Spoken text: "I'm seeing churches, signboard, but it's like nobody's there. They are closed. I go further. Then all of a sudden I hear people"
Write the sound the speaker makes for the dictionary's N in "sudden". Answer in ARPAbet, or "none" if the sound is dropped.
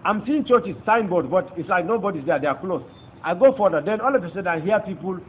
none